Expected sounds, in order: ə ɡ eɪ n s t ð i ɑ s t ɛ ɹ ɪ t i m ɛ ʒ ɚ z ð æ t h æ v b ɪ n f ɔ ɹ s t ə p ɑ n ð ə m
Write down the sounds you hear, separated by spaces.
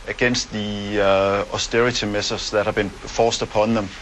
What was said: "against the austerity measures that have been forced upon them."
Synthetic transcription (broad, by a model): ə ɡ eɪ n s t ð i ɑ s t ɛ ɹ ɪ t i m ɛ s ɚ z ð æ t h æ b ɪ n f ɔ s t ə p ɑ n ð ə m